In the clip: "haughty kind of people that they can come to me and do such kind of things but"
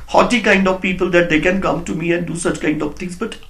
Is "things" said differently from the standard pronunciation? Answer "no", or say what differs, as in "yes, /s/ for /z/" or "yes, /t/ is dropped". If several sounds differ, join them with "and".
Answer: yes, /t/ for /θ/